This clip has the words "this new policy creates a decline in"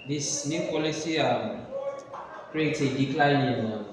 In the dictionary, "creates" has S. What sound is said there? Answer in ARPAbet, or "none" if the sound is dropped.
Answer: none